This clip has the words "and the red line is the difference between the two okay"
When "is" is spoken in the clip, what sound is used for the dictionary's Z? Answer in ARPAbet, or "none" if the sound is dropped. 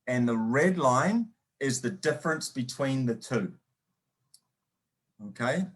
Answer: Z